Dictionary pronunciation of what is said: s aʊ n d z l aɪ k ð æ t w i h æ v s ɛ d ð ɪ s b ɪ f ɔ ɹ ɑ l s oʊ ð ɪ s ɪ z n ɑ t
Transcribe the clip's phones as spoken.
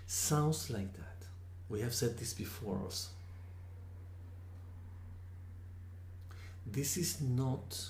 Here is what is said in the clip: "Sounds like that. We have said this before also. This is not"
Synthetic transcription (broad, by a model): s aʊ n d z l aɪ k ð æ t w i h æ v s ɛ d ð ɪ s b ɪ f ɔ ɹ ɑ s ð ɪ s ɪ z n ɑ t